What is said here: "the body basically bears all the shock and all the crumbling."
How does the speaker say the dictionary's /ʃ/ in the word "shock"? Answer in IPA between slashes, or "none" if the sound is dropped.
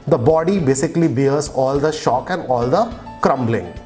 /ʃ/